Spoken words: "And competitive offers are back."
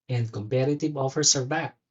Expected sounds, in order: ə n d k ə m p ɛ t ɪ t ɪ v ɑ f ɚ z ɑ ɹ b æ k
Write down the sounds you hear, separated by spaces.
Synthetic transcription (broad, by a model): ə n d k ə m p ɛ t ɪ t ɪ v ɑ f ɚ s ɑ ɹ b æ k